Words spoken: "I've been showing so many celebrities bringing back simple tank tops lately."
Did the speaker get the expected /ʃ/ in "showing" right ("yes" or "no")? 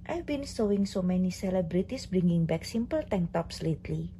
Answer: no